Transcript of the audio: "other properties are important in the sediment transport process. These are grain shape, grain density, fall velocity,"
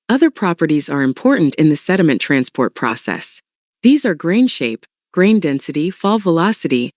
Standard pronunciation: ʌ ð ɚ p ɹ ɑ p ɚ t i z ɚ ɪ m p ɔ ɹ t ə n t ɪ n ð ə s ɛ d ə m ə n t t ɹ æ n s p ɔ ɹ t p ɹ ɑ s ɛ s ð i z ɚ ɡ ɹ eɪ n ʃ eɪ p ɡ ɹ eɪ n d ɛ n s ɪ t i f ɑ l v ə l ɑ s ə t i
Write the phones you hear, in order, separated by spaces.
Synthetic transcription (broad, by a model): ʌ ð ɚ p ɹ ɑ p ɚ t i z ɚ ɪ m p ɔ ɹ t n t ɪ n ð ə s ɛ d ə m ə n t t ɹ æ n s p ɔ ɹ t p ɹ ɑ s ɛ s ð i z ɚ ɡ ɹ eɪ n ʃ eɪ p ɡ ɹ eɪ n d ɛ n s ɪ t i f ɑ l v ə l ɑ s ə t i